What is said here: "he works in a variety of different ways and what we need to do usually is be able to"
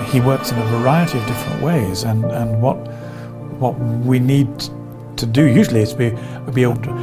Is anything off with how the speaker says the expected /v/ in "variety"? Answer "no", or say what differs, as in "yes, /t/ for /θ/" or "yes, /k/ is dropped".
no